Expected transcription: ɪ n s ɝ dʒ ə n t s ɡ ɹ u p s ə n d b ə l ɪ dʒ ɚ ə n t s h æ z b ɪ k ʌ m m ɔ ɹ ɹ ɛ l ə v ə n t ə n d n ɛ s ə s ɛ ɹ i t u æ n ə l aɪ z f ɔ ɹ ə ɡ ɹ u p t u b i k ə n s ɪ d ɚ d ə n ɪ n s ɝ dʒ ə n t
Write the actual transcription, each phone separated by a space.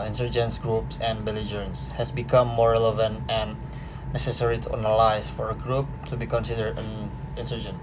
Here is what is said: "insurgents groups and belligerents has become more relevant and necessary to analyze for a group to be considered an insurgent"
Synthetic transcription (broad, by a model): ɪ n s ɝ dʒ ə n s ɡ ɹ u p s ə n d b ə l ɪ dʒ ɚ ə n s h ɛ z b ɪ k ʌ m m ɔ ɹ ɹ ɛ l ə v ə n t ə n n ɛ s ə s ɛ ɹ i t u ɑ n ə l aɪ s f ɔ ɹ ə ɡ ɹ u p t u b i k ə n s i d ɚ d ə n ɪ n s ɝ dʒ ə n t